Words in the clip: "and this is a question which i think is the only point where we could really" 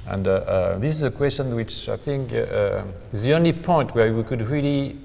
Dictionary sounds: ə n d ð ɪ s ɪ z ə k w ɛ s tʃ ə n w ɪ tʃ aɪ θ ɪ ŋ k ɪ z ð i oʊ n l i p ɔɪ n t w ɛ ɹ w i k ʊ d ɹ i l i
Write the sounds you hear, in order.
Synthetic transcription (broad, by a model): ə n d ð ɪ s ɪ z ə k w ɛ s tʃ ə n w ɪ tʃ aɪ θ ɪ ŋ k ɪ z ð i oʊ n l i p ɔɪ n t w ɛ ɹ w i k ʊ d ɹ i l i